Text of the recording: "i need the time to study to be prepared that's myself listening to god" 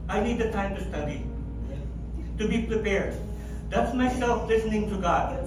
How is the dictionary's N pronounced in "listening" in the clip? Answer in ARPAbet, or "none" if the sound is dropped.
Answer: N